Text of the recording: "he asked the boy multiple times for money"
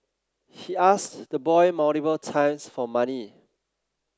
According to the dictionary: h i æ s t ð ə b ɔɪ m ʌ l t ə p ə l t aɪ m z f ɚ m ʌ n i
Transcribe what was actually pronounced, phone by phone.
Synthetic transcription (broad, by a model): h i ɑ s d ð ə b ɔɪ m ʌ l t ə b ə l t aɪ m s f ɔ m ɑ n i